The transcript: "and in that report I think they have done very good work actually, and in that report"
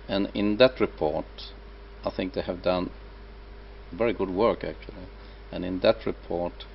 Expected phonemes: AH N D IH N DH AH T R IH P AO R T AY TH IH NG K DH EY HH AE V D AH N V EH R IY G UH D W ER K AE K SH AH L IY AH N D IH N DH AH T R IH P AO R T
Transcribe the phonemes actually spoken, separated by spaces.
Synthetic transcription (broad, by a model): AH N IH N DH AH T R IH P AO R T AY TH IH NG K DH EY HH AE V D AH N V EH R IY G UH D W ER K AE K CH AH L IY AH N IH N DH AH T R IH P AO R T